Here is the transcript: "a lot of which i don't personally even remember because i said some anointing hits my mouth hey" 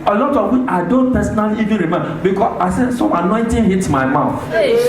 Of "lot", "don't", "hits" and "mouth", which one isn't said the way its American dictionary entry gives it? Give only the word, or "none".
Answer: hits